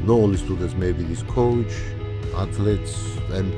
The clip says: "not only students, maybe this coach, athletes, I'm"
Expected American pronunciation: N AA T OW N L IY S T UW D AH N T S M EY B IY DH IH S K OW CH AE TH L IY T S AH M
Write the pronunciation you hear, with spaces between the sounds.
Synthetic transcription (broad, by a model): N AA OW L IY S T UW D AH N T S M EY B IY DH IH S K OW CH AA T L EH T S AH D